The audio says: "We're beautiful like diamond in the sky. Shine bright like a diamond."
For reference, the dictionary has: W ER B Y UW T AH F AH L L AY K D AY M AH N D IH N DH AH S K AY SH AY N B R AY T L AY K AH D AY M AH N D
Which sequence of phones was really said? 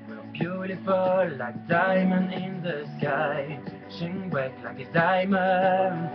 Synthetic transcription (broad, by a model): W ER B Y UW T AH F AH L L AY K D AY M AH N IH N DH AH S K AY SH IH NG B AY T L AY K AH D AY M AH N